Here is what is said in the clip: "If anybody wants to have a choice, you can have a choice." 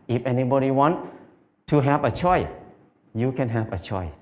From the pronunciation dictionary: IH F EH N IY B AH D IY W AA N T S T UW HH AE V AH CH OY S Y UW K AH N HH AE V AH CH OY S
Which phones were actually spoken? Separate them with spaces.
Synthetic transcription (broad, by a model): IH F EH N IY B AH D IY W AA N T T UW HH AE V AH CH OY S Y UW K AH N HH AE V AH CH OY S